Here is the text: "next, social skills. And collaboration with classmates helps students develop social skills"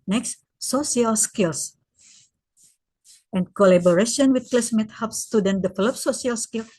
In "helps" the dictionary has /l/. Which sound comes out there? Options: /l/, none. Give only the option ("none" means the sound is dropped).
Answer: none